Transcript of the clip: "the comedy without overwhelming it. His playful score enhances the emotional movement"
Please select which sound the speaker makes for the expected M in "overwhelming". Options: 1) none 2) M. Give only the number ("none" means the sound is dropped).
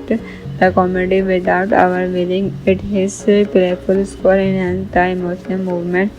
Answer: 1